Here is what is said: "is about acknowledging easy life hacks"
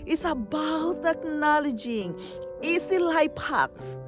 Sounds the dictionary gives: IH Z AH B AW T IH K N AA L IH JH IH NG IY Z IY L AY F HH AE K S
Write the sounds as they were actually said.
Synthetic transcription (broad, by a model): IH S AH B AW T IH K N AA L IH JH IH NG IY S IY L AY P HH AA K S